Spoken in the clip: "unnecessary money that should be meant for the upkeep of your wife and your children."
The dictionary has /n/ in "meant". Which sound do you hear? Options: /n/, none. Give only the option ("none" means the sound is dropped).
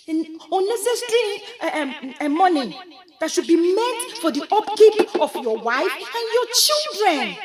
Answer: none